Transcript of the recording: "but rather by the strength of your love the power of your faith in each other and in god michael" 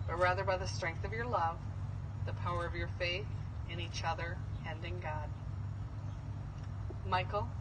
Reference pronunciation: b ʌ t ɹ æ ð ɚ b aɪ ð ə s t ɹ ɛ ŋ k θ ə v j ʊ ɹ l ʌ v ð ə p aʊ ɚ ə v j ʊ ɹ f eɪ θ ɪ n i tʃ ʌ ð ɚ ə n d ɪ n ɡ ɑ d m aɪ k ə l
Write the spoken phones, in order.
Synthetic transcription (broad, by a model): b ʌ t ɹ æ ð ɚ b aɪ ð ə s t ɹ ɛ ŋ k θ ə v j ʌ ɹ l ʌ v ð ə p aʊ ɚ ə v j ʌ ɹ f eɪ θ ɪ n i tʃ ʌ ð ɚ ə n d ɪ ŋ ɡ ɑ d m aɪ k l